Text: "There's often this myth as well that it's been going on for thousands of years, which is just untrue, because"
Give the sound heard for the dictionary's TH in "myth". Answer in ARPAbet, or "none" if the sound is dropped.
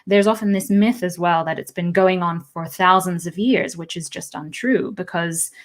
TH